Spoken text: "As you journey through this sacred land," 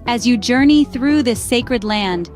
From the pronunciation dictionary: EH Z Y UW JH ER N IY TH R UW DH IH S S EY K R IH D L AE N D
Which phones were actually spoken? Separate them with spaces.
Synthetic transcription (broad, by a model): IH Z Y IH JH ER N IY TH R UW DH IH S S EY K R IH D L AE N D